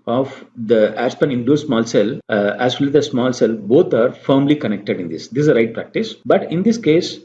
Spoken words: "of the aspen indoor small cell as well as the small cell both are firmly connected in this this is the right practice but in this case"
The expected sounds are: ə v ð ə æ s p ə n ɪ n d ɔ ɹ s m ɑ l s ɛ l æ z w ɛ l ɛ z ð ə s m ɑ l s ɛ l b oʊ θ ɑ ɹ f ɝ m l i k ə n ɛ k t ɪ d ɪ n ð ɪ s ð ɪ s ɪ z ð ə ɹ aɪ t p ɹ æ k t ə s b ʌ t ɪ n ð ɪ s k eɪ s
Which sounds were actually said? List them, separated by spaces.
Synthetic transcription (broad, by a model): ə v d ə æ s p ə n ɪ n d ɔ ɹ s m ɑ l s ɛ l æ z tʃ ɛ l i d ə s m ɑ l s ɛ l b oʊ t ɑ ɹ f ɝ m l i k ə n ɛ k t ɪ d ɪ n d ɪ s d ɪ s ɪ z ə ɹ aɪ t p ɹ æ k t ə s b ʌ t ɪ n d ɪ s k eɪ s